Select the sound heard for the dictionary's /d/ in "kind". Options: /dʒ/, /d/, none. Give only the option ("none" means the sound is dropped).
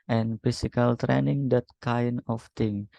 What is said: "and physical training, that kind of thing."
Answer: none